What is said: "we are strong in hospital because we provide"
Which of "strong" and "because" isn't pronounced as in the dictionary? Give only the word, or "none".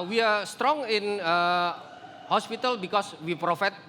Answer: because